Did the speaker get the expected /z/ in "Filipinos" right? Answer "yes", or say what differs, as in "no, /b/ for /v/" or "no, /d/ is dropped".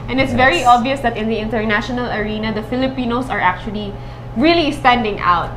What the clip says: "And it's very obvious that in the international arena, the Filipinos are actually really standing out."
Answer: no, /s/ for /z/